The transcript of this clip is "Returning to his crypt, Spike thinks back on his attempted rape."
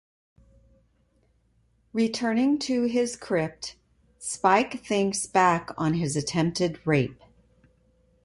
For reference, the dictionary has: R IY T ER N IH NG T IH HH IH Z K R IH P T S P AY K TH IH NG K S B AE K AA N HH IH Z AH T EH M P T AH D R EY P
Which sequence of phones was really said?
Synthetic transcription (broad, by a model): R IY T ER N IH NG T IH IH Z K R IH P T S P AY K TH IH NG S B AE K N IH Z AH T EH M P T AH D R EY P